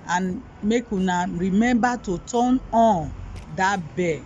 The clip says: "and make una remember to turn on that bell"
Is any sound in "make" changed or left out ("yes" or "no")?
no